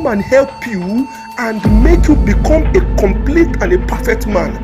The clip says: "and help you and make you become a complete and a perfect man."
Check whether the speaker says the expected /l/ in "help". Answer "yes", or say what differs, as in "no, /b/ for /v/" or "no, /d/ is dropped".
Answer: yes